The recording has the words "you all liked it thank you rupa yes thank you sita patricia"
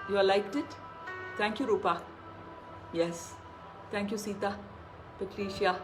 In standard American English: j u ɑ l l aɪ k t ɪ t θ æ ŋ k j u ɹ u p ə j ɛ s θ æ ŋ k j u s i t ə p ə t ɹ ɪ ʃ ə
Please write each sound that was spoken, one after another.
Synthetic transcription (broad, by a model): j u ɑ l l aɪ k t ɪ t t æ ŋ k j u ɹ u p ə j ɛ s t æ ŋ k j u s i t ə p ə t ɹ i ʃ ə